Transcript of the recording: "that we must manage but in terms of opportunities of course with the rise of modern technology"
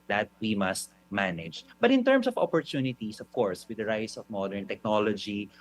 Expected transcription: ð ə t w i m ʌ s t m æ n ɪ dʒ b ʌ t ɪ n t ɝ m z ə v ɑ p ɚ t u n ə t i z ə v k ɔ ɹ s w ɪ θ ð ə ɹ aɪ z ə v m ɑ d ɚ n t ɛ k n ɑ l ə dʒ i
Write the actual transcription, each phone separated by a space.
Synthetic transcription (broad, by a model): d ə t w i m ʌ s t m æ n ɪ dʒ b ʌ t ɪ n t ɝ m s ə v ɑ p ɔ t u n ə t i s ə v k ɔ ɹ s w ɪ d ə ɹ aɪ s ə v m ɑ d ɚ n t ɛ k n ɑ l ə dʒ i